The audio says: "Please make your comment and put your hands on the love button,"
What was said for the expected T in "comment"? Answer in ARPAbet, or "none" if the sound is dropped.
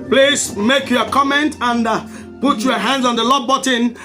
T